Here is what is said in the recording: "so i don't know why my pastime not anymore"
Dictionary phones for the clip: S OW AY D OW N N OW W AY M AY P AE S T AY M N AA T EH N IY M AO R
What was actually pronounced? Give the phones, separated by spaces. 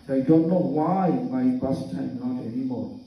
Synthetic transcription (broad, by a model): AY D OW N N OW W AY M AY B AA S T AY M N AA T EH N IY M AO R